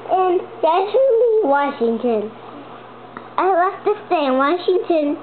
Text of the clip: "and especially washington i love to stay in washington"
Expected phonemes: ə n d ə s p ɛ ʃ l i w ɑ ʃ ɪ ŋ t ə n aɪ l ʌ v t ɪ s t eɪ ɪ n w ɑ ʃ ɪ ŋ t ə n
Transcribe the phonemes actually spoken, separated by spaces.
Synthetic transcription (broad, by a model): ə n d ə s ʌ l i w ɑ ʃ ɪ ŋ t ə n aɪ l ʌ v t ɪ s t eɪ ɪ n w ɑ ʃ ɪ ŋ t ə n